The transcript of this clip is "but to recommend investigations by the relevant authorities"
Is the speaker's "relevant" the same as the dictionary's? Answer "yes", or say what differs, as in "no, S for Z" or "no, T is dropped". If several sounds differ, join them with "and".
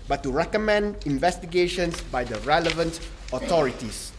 yes